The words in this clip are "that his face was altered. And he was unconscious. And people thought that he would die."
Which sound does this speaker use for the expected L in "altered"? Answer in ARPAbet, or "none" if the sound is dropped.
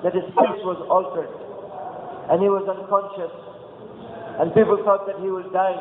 L